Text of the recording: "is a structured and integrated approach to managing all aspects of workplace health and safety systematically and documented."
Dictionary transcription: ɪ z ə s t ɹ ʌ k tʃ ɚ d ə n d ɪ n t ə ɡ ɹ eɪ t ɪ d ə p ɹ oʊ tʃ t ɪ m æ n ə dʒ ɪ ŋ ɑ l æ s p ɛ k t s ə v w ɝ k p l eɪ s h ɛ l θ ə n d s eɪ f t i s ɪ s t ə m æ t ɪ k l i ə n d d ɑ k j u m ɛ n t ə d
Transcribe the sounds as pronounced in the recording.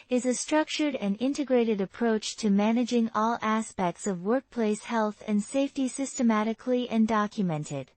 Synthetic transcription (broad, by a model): ɪ z ə s t ɹ ʌ k tʃ ɚ d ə n ɪ n t ə ɡ ɹ eɪ t ɪ d ə p ɹ oʊ tʃ t ɪ m æ n ə dʒ ɪ ŋ ɑ l æ s p ɛ k t s ə v w ɝ k p l eɪ s h ɛ l θ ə n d s eɪ f t i s ɪ s t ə m æ t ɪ k l i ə n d d ɑ k j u m ɛ n t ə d